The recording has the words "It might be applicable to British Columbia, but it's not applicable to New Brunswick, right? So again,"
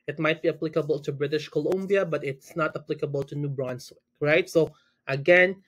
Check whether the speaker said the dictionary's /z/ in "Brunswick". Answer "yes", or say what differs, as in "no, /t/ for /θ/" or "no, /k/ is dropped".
no, /s/ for /z/